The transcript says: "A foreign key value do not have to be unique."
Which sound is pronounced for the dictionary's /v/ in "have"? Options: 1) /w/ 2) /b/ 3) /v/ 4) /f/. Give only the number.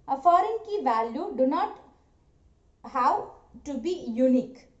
1